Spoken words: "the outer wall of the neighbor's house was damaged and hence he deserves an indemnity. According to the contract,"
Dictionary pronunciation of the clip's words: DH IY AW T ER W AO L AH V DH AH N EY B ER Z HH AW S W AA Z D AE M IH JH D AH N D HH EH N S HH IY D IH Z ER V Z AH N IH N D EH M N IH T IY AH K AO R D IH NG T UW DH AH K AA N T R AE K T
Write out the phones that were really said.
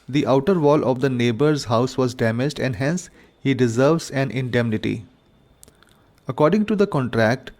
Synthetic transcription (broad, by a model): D IY AW T ER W AO L AH V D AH N EY B ER Z HH AW S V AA Z D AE M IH JH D AH N D HH EH N S HH IY D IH Z ER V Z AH N IH N D EH M N IH T IY AH K AO R D IH NG T UW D AH K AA N T R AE K T